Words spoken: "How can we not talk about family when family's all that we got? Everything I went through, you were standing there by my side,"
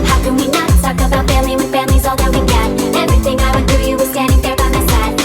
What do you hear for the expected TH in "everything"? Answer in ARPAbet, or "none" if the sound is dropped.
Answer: TH